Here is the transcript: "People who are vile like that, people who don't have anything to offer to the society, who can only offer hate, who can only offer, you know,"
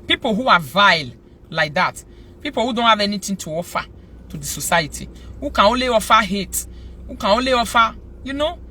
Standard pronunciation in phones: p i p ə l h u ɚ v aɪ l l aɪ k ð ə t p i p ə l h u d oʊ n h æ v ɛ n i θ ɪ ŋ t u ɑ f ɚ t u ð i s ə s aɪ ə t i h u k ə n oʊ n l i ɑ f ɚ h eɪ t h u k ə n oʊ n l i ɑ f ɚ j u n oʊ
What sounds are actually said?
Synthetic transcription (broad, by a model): p i p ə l h u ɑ v aɪ l l aɪ k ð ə t p i p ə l h u d oʊ n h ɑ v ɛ n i t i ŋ t u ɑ f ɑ t u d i s ə s aɪ ə t i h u k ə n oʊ l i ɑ f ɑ h eɪ t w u k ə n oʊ l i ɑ f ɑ j u n oʊ